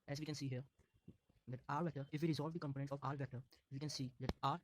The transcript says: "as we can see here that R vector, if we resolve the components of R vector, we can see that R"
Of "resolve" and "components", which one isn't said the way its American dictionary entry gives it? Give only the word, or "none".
components